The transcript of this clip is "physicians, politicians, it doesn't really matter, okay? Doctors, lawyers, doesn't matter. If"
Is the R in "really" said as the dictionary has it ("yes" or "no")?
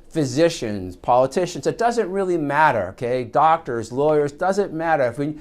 yes